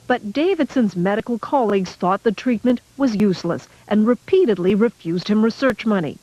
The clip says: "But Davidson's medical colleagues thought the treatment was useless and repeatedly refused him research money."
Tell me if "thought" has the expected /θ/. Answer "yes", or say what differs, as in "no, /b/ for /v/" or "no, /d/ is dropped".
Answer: yes